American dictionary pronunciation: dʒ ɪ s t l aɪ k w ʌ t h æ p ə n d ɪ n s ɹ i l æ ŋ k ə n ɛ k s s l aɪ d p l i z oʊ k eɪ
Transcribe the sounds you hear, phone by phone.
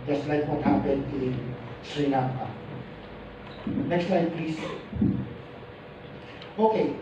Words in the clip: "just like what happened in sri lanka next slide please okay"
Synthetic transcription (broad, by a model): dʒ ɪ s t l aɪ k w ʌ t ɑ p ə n ɪ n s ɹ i n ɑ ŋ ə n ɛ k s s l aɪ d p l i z oʊ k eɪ